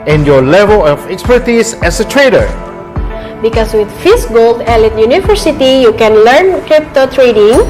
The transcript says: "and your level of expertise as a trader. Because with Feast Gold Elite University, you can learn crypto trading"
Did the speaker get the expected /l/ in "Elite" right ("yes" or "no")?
yes